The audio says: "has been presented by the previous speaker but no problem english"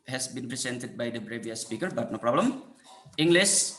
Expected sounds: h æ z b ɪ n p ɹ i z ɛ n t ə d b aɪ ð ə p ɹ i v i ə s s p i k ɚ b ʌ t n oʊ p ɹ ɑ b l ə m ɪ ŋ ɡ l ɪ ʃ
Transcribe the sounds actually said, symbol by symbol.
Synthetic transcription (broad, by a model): h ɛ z b ɪ n p ɹ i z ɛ n t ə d b aɪ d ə b ɹ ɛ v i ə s s p i k ɚ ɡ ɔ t n oʊ p ɹ ɑ b l ə m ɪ ŋ ɡ l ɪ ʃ